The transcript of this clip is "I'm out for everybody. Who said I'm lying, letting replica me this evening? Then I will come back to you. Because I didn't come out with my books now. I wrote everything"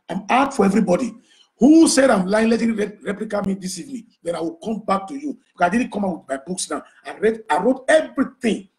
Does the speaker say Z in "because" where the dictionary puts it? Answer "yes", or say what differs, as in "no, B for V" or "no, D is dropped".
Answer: no, S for Z